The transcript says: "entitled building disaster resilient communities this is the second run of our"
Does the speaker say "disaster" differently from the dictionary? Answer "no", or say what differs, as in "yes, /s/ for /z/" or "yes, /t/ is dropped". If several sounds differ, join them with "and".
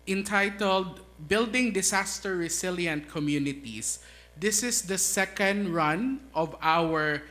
yes, /s/ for /z/